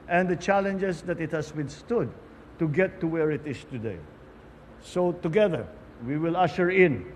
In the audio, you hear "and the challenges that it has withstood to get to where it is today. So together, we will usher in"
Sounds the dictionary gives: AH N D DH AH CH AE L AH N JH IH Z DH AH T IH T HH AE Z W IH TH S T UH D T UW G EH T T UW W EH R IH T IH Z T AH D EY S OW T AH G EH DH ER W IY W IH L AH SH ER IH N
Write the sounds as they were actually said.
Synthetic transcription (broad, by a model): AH N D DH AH CH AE L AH N JH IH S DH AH T IH T HH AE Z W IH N S T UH D T UW G EH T T UW W EH R IH T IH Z T AH D EY S OW T AH G EH DH ER W IY W IH L AH SH ER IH N